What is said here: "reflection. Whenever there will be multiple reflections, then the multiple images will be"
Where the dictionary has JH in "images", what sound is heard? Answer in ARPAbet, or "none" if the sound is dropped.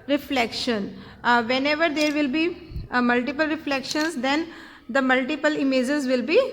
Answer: JH